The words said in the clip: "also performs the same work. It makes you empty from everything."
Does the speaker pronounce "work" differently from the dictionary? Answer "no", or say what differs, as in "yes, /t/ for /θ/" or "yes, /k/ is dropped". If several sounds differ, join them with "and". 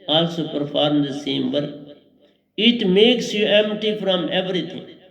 yes, /k/ is dropped